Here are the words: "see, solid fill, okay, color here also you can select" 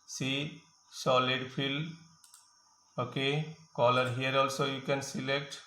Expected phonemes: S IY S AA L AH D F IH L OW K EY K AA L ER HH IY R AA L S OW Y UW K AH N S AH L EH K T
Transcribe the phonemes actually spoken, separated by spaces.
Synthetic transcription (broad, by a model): S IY S AA L AH D P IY L OW K EY K AA L ER HH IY R AA L S OW Y UW K AH N S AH L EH K T